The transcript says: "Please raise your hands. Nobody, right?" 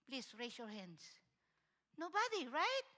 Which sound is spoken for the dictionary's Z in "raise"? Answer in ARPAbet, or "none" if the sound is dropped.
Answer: S